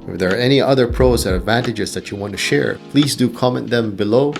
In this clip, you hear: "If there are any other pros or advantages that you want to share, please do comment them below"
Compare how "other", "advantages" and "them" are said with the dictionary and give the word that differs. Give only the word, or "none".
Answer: none